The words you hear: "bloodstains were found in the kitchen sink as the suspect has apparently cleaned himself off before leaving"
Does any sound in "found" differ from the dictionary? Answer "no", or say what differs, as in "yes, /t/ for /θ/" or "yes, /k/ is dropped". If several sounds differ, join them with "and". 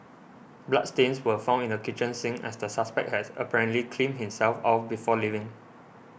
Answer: yes, /d/ is dropped